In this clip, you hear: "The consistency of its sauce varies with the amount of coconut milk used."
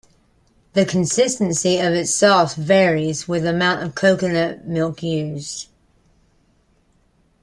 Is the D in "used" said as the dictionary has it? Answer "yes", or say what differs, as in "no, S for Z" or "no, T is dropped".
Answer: no, D is dropped